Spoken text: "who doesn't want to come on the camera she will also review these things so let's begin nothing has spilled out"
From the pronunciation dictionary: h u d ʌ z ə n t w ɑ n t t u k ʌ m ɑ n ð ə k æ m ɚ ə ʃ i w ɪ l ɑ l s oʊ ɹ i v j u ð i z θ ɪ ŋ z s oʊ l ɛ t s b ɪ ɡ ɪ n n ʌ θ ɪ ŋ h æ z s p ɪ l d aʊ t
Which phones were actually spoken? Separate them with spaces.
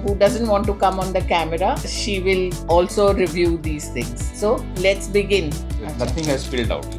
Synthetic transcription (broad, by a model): h u d ʌ z ə n t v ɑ n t t u k ʌ m ɑ n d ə k æ m ɚ ə ʃ i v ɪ l ɑ l s oʊ ɹ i v j u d i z t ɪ ŋ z s oʊ l ɛ t s b ɪ ɡ ɪ n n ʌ t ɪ ŋ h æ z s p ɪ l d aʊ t